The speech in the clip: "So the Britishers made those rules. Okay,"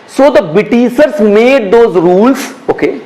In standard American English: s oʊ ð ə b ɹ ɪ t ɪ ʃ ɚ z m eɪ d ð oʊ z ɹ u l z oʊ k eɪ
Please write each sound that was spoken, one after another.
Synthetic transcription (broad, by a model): s oʊ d ə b ɪ t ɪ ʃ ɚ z m eɪ d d oʊ z ɹ u l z oʊ k eɪ